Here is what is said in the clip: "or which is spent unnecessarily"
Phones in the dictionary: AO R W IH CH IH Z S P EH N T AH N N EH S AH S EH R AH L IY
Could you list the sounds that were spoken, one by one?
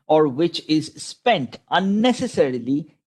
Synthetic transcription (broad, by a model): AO R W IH CH IH Z S P EH N T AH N N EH S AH S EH R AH L IY